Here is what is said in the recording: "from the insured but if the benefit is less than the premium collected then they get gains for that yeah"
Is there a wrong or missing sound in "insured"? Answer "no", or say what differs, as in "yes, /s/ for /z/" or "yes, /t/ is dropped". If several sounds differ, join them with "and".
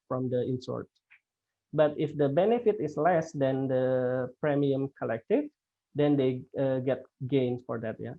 yes, /s/ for /ʃ/